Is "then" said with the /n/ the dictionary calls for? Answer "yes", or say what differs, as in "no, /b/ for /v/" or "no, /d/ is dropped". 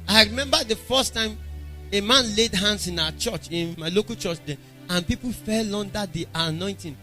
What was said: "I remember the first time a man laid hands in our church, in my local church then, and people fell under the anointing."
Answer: no, /n/ is dropped